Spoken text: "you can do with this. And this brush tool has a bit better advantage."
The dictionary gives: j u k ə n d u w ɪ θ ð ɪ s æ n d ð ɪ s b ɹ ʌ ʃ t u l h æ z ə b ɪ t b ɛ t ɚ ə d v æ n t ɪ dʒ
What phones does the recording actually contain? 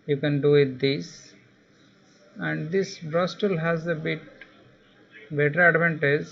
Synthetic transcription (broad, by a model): j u k ə n d u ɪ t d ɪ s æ n d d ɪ s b ɹ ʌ s t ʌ l h æ z ə b ɪ t b ɛ t ɚ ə d v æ n t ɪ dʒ